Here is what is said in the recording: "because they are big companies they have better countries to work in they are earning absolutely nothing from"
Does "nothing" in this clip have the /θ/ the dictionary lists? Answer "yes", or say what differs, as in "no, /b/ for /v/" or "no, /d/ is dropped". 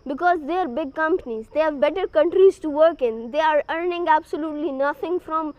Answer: no, /t/ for /θ/